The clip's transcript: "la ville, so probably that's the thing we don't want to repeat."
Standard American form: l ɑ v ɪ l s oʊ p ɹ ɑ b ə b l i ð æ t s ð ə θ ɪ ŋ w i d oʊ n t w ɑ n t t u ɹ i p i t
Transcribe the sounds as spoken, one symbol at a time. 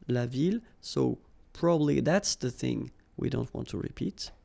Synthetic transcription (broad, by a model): l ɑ v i l s oʊ p ɹ ɑ b ə b l i ð æ t s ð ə θ ɪ ŋ w i d oʊ n t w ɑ n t t u ɹ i p i t